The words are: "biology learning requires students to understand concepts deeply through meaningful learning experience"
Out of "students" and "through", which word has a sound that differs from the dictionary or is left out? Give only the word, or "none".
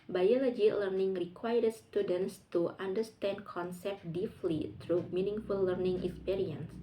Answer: through